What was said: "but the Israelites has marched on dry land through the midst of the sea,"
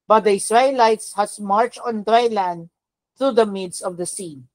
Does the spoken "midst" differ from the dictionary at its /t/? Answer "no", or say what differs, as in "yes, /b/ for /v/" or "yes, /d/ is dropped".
yes, /t/ is dropped